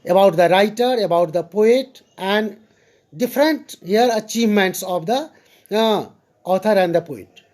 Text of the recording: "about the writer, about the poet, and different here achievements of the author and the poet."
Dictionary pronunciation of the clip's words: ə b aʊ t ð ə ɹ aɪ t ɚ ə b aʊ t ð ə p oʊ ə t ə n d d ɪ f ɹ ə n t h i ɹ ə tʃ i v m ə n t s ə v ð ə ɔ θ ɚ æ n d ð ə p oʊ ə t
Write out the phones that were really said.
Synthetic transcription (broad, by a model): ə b aʊ t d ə ɹ aɪ t ɚ ə b aʊ t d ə p oʊ ə t ə n d d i p ɹ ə n t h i ɹ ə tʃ i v m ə n t s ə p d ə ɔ t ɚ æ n d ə p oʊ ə t